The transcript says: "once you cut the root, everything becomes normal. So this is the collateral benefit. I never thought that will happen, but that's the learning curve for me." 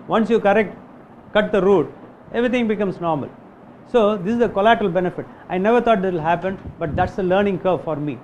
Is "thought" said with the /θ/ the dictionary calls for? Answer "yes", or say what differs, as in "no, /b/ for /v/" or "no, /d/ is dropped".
no, /t/ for /θ/